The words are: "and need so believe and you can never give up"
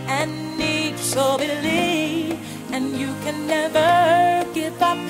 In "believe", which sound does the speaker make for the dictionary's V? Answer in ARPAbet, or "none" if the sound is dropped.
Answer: none